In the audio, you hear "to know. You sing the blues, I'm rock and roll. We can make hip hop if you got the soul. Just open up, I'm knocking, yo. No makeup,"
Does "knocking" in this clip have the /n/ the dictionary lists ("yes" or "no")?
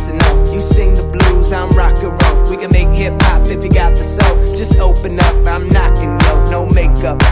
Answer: yes